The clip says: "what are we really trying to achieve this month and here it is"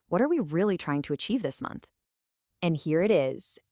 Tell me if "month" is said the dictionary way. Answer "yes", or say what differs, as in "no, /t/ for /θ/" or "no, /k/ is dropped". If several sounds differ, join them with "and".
yes